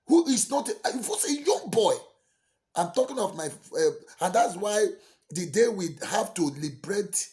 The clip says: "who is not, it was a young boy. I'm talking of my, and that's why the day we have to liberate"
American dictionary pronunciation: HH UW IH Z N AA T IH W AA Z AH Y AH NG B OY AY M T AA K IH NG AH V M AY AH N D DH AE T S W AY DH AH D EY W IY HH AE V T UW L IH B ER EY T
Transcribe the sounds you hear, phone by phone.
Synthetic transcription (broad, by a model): HH UW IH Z N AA T IH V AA S AH Y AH NG B OY AY M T AA K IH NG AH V M AY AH N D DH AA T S W AY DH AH D EY W IY HH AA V T UW L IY B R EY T